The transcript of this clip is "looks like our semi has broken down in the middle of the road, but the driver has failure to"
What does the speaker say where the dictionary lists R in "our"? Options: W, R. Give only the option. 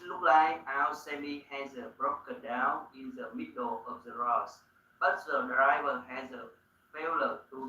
W